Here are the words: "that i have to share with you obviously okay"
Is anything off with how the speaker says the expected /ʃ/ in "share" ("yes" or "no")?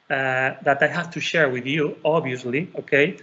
no